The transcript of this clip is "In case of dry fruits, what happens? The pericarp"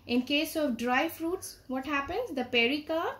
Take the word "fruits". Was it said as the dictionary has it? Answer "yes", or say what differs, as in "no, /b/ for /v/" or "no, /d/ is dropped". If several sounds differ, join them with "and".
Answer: yes